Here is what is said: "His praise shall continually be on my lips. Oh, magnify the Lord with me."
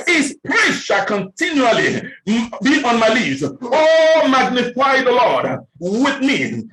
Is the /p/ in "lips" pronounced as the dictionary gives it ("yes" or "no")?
no